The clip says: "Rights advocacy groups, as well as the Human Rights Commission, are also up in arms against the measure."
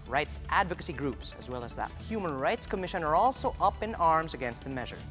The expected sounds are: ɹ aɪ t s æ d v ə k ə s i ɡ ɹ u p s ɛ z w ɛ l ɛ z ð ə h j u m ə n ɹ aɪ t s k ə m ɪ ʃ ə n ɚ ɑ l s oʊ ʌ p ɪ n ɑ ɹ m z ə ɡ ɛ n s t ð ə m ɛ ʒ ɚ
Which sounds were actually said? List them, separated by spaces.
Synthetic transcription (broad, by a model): ɹ aɪ t s æ d v ə k ə s i ɡ ɹ u p s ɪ z w ɛ l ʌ z ð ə h j u m ə n ɹ aɪ t s k ə m ɪ ʃ ə n ɚ ɑ l s oʊ ʌ p ɪ n ɑ ɹ m z ə ɡ ɛ n s t ð ə m ɛ ʒ ɚ